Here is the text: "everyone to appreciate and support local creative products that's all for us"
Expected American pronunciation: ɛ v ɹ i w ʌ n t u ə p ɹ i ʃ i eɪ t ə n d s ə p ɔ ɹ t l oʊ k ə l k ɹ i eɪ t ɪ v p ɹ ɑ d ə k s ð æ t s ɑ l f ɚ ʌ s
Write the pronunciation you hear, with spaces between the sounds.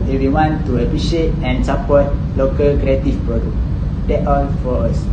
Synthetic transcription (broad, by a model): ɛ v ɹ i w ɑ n t u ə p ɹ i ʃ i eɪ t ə n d s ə p ɔ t l oʊ k ə l k ɹ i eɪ t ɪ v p ɑ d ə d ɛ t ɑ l f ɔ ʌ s